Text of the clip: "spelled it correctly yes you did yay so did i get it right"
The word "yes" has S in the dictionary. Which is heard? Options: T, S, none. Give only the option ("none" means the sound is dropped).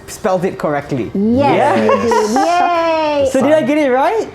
none